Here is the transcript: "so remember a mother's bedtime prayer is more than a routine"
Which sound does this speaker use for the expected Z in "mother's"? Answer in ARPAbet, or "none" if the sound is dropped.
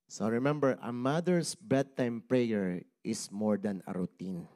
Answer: S